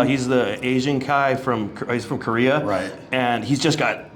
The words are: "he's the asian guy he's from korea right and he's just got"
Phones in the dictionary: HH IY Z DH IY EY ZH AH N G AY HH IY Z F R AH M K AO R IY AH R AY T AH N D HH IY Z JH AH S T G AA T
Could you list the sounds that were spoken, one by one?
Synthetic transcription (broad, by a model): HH IY Z DH IY EY ZH AH N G AY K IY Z F R AH M K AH R IY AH R AY T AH N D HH IY Z JH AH S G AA T